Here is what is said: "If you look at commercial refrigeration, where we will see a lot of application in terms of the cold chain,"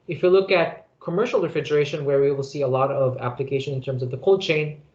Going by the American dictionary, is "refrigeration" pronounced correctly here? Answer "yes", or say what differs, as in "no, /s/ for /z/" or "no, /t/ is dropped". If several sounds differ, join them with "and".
yes